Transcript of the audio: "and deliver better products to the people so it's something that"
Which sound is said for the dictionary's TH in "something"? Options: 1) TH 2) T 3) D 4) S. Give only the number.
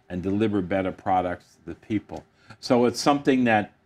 1